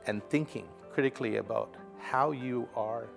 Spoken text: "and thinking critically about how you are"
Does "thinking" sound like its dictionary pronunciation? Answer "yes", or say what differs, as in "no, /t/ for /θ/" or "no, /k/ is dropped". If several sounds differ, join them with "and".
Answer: yes